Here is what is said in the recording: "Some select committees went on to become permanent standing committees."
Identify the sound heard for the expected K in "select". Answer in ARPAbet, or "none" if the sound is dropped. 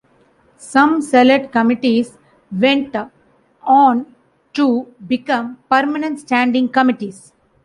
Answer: none